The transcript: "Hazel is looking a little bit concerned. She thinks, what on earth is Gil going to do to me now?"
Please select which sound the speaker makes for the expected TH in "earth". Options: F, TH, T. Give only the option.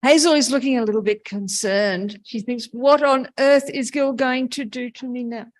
TH